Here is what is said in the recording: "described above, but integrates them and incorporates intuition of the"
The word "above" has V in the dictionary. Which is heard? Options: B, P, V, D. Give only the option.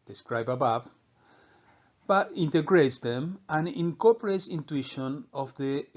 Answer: P